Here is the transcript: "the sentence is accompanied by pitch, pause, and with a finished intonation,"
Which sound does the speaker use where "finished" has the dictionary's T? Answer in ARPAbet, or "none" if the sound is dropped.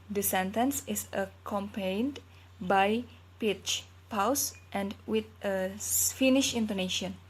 none